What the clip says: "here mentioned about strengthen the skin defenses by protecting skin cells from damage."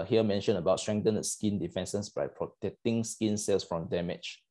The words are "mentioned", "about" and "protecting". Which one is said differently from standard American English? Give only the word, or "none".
mentioned